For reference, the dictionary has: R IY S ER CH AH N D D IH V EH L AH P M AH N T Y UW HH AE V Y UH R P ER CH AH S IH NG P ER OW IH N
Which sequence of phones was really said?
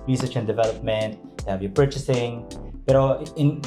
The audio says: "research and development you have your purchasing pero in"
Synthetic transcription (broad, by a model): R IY S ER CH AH N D D IH V EH L AH P M AH N T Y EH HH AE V Y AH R P ER CH AH S IH NG B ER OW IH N